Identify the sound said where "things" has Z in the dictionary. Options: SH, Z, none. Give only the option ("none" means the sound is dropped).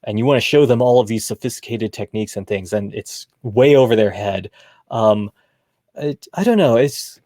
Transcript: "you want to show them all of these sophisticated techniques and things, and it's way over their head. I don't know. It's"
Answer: Z